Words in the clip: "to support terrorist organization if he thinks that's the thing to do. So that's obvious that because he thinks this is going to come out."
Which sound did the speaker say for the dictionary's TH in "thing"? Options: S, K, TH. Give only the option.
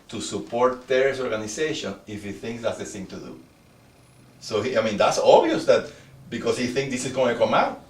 S